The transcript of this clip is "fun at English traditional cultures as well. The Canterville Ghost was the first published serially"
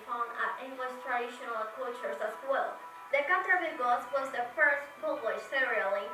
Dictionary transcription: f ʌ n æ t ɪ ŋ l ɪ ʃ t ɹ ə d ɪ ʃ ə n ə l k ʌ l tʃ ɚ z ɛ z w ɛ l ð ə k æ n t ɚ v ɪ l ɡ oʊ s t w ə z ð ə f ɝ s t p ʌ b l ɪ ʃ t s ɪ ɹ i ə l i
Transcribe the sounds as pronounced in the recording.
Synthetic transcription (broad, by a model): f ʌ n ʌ t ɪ l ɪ s t ɹ ə d ɪ ʃ ə n ə l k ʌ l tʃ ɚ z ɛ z w ɛ l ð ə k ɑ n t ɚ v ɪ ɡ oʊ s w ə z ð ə f ɝ s t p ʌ l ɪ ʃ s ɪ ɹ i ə l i